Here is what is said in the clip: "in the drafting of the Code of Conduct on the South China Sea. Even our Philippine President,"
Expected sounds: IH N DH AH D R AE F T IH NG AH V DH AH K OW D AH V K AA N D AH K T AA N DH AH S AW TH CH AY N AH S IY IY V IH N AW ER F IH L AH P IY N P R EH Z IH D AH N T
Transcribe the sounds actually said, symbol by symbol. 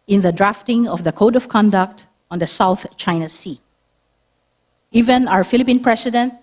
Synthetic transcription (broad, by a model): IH N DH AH D R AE F T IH NG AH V DH AH K OW D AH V K AA N D AH K T AA N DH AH S AW TH CH AY N AH S IY IY V IH N AW ER F IH L AH P IY N P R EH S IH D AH N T